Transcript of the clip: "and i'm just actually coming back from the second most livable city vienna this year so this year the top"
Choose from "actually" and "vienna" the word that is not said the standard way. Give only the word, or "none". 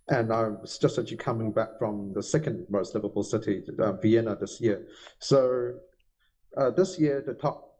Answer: actually